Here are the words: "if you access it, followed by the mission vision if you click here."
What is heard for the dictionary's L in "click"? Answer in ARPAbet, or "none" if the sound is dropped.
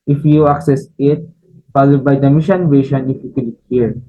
none